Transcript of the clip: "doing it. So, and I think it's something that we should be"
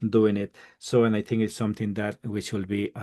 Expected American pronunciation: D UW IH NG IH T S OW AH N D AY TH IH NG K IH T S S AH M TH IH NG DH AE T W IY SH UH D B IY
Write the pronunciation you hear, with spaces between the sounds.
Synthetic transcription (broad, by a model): D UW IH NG IH T S OW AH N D AY T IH NG K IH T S S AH M T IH NG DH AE T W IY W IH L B IY